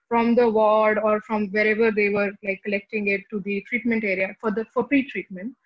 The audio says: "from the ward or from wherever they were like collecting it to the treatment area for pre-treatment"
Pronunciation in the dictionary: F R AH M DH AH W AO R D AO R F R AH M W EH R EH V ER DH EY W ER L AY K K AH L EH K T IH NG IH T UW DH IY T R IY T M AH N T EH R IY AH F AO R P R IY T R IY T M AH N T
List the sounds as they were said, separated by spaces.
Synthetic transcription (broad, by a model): F R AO M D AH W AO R D AO R F R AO M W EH R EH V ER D EY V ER L AY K K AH L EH K T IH NG IH T UW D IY T R IY T M AH N T EH R IY AH F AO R F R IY T R IY T M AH N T